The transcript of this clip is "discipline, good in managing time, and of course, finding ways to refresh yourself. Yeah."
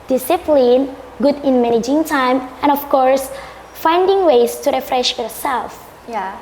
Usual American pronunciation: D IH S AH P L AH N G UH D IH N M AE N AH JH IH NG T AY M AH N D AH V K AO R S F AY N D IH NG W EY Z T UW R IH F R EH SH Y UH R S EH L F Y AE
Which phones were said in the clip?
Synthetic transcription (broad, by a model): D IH S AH P L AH N G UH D IH N M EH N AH JH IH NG T AY M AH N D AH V K AO R S F AY N D IH NG W EY S T UW R IH F R EH SH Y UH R S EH L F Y